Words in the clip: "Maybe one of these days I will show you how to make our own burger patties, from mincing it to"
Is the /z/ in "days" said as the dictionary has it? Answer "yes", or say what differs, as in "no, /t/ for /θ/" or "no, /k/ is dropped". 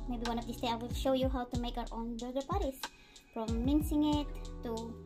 no, /z/ is dropped